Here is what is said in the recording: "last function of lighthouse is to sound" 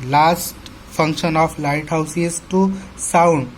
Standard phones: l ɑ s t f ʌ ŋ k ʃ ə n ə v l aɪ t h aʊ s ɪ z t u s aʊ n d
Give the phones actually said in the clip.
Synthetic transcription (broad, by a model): l ɑ s t p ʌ ŋ k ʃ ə n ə p l aɪ t h aʊ s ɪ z t u s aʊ n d